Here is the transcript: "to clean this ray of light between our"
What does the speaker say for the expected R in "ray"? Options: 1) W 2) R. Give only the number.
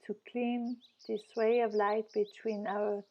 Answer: 1